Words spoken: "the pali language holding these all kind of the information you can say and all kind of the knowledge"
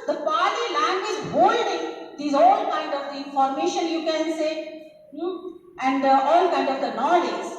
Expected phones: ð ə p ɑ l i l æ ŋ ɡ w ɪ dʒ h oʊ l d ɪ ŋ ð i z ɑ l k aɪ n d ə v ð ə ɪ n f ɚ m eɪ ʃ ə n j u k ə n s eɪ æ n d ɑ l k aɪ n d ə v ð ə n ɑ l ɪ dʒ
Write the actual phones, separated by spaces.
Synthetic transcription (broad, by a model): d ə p ɑ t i l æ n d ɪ z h oʊ l d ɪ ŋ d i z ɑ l k aɪ n d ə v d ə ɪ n f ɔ m eɪ ʃ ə n j u k ə n s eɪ æ n d ɑ l k aɪ n d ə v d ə n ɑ l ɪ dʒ